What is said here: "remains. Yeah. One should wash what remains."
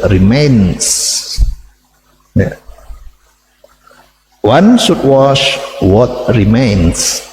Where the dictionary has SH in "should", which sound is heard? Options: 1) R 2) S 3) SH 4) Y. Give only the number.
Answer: 2